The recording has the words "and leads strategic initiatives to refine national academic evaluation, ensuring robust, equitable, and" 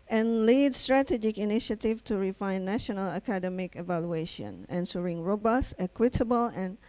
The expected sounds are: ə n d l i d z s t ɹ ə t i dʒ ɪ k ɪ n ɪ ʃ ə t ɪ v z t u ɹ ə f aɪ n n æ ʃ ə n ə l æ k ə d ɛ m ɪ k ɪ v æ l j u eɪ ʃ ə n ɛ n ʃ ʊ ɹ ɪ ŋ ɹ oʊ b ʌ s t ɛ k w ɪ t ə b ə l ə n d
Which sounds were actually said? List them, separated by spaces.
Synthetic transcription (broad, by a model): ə n l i d s t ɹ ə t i dʒ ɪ k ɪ n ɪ ʃ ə t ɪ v t u ɹ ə f aɪ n n æ ʃ ə n ə l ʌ k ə d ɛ m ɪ k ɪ v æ l j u eɪ ʃ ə n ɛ n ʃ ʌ ɹ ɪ ŋ ɹ oʊ b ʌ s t ɛ k w ɪ t ə b ə l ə n